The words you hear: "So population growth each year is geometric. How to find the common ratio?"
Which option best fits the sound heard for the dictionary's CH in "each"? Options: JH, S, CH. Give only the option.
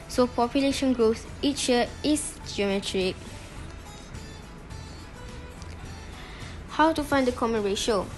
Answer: CH